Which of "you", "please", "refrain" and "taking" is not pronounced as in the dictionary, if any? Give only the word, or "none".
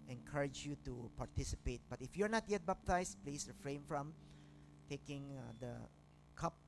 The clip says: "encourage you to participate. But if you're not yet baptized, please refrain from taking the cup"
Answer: please